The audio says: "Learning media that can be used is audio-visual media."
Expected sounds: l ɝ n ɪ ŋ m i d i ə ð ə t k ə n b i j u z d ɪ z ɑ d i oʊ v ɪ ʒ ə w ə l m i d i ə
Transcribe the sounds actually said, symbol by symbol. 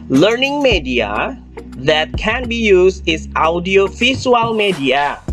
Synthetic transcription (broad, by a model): l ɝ n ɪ ŋ m i d i ə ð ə t k ə n b i j u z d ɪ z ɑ d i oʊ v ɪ s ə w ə l m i d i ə